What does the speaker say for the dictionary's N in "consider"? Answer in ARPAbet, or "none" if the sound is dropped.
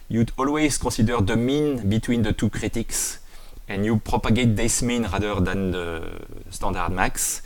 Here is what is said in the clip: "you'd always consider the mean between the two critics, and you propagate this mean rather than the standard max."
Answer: none